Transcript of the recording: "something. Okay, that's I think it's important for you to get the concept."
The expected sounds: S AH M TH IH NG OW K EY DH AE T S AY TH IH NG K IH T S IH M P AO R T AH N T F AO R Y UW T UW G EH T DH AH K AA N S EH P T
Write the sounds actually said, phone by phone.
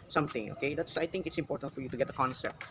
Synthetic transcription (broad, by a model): S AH M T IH NG OW K EY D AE T S AY T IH NG K IH T S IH M P AO R T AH N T F AO R Y UW T UW G EH T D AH K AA N S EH P T